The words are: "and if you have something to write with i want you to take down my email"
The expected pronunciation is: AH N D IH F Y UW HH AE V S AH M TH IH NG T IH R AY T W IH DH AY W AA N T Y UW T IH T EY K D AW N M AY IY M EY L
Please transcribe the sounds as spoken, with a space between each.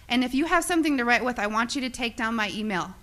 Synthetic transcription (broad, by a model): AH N IH F Y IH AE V S AH M TH IH NG T IH R AY T W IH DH AY W AA N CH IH T IH T EY K D AW N M AY IY M EY L